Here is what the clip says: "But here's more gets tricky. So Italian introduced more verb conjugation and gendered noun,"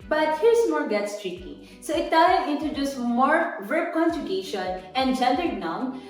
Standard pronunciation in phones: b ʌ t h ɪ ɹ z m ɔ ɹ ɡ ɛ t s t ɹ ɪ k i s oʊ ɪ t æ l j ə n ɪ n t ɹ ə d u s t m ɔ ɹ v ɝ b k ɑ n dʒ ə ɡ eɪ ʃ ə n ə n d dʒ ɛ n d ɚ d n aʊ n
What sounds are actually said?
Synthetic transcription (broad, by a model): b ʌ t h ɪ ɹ s m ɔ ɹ ɡ ɛ t s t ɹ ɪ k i s oʊ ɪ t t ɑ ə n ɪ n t ə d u s m ɔ ɹ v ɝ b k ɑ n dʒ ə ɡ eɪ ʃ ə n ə n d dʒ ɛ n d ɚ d n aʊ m